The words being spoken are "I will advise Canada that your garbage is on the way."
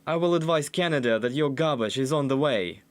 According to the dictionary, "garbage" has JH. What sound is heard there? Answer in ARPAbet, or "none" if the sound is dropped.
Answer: SH